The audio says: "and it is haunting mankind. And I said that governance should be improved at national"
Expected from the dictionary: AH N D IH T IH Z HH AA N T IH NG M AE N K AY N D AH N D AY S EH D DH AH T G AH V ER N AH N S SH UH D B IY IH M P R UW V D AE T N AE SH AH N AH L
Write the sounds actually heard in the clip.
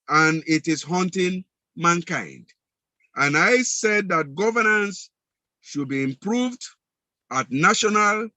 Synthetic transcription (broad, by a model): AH N IH T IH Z HH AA N T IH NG M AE N K AY N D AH N AY S EH D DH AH T G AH V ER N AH N S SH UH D B IY IH M P R UW V D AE T N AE SH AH N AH L